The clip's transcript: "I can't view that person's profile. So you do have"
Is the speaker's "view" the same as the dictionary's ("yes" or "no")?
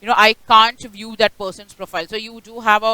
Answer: yes